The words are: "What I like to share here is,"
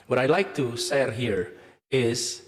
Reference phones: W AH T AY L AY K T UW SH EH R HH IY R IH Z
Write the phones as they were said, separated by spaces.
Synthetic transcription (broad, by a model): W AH T AY L AY K T UW S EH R HH IY R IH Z